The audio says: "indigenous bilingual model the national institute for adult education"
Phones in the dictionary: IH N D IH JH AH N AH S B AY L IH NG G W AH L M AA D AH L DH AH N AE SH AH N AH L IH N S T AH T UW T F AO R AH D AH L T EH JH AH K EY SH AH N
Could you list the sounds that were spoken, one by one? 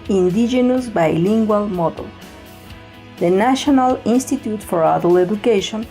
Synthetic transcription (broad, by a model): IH N D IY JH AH N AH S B AY L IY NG G W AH L M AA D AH L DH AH N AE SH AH N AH L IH N S T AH T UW T F AO R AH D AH L EH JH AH K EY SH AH N